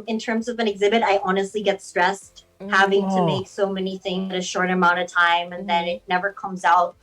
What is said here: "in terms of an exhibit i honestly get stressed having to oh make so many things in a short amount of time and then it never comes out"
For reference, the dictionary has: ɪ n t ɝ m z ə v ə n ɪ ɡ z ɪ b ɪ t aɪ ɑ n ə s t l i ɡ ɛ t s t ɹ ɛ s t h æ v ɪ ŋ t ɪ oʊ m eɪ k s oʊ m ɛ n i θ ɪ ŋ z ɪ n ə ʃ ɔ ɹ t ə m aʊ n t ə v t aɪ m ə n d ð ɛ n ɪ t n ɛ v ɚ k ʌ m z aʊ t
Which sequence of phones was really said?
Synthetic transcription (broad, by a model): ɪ n t ɝ m z ə v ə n ɪ ɡ z ɪ b ɪ t aɪ ɑ n ə s t l i ɡ ɛ t s t ɹ ɛ s t h æ v ɪ ŋ t ɪ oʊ m eɪ k s oʊ m ɛ n i θ ɪ ŋ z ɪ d ə ʃ ɔ ɹ t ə m aʊ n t ə v t aɪ m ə n ð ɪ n ɪ t n ɛ v ɚ k ʌ m z aʊ t